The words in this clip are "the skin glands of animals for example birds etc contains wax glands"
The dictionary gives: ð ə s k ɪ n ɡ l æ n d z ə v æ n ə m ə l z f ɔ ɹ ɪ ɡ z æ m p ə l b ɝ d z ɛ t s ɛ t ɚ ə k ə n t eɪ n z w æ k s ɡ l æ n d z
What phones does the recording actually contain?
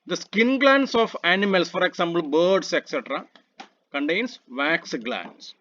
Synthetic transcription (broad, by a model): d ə s k ɪ n ɡ l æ n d s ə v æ n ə m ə l s f ɔ ɹ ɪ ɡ s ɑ m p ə l b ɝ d s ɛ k s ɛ t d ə k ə n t eɪ n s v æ k s ɡ l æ n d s